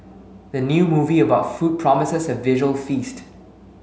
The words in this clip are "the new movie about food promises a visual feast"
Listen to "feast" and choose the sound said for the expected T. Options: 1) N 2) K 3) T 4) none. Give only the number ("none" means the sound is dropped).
3